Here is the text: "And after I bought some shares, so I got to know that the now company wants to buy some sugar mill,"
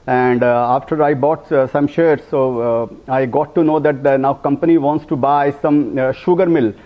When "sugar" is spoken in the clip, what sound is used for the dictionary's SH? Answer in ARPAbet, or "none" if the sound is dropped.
SH